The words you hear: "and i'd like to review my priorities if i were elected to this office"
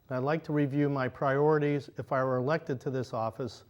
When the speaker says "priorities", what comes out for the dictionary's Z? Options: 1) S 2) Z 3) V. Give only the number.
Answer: 2